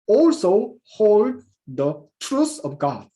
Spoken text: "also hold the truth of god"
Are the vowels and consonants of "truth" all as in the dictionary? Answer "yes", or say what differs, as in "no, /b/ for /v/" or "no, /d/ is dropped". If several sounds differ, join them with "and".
no, /s/ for /θ/